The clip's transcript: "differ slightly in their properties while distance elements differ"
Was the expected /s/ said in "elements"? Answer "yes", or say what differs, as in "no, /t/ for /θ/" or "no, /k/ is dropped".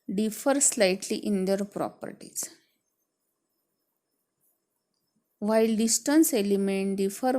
no, /s/ is dropped